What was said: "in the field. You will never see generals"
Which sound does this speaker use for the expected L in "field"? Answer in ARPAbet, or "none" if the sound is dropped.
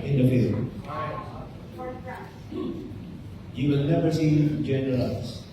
none